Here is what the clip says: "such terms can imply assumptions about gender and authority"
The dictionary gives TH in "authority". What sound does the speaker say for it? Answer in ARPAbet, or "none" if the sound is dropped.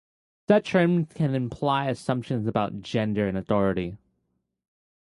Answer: TH